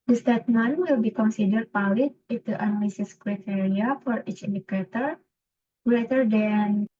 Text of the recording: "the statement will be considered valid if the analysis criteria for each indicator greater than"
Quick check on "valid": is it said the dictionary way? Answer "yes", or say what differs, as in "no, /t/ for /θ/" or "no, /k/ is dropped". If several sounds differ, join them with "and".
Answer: no, /p/ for /v/